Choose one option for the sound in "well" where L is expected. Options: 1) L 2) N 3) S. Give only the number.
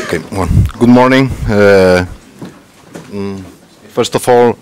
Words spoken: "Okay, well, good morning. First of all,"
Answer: 2